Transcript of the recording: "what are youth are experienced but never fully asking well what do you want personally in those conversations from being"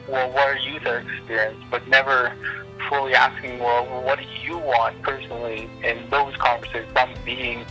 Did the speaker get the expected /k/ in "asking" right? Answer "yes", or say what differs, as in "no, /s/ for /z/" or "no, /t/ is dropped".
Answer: yes